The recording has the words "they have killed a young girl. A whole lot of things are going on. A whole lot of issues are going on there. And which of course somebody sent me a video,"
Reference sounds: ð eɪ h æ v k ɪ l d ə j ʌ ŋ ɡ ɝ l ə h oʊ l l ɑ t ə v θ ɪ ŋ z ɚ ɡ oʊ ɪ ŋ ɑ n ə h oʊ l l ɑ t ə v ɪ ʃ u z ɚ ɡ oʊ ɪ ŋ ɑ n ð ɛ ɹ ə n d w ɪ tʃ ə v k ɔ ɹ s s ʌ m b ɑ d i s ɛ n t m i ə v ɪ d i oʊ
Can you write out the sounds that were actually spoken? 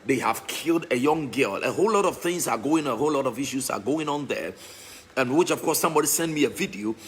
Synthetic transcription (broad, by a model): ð eɪ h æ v k ɪ l d ə j ʌ ŋ ɡ ɝ l ə h oʊ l l ɑ t ə v θ ɪ ŋ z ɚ ɡ oʊ ɪ ŋ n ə h oʊ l l ɑ t ə v ɪ ʃ u z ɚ ɡ oʊ ɪ ŋ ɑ n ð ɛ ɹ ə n w ɪ tʃ ə v k ɔ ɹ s s ʌ m b ɑ d i s ɛ n m i ə v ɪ d i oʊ